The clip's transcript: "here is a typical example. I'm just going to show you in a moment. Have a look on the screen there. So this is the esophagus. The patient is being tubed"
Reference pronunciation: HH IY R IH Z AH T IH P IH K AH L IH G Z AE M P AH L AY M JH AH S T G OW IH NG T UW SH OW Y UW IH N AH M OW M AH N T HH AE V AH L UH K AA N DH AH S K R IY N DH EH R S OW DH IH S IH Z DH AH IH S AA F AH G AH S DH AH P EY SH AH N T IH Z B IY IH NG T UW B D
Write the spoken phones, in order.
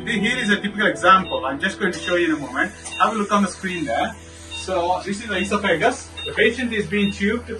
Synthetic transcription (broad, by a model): HH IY R IH Z AH T IH P IH K AH L IH G Z AE M P AH L AY M JH AH S T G OW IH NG T UW SH OW Y UW IH N AH M OW M AH N T HH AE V AH L UH K AA N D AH S K R IY N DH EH R S OW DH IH S IH Z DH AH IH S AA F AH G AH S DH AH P EY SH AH N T IH Z B IY IH NG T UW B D